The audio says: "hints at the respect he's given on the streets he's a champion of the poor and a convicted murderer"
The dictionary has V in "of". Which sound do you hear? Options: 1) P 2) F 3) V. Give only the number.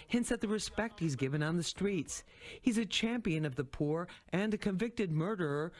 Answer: 3